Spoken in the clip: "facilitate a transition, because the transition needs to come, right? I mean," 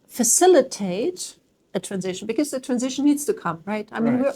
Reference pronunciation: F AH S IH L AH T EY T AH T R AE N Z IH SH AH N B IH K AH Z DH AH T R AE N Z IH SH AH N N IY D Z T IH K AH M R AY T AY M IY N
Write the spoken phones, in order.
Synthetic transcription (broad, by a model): F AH S IH L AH T EY T AH T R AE N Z IH SH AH N B IH K AH Z DH AH T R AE N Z IH SH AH N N IY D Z T IH K AH M R AY T AY M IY N